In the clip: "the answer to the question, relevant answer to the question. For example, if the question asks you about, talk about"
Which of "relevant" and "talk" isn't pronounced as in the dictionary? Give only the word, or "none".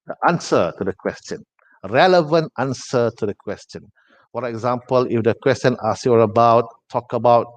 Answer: none